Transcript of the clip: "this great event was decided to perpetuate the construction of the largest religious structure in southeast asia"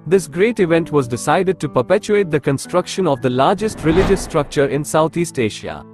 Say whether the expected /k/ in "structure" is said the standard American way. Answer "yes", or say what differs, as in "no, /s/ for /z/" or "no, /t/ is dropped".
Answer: yes